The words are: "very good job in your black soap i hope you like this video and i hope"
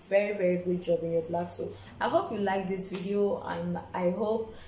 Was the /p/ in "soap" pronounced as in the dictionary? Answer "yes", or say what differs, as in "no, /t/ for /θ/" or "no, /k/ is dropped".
no, /p/ is dropped